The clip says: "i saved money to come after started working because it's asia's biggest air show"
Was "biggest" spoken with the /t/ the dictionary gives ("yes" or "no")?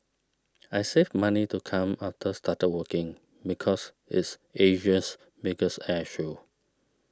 no